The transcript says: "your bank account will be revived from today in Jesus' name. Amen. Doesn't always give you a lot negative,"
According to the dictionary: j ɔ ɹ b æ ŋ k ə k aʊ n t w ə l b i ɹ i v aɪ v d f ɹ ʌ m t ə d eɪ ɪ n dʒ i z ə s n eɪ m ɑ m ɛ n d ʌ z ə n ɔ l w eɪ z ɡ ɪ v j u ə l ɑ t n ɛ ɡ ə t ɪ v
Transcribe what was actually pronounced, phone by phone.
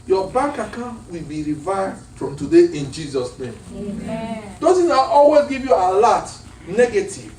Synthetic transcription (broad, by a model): j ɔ b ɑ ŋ k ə k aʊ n w ə l b i ɹ i v aɪ v d f ɹ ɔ m t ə d eɪ ɪ n dʒ i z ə s n eɪ m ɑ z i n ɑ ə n ɔ l w eɪ z ɡ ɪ v j u ə l ɑ t n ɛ ɡ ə t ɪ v